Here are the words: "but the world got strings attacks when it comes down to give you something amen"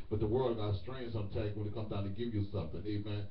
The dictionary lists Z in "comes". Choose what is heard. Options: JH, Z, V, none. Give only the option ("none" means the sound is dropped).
none